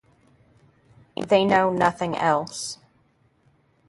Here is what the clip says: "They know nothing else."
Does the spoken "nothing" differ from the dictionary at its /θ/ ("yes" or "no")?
no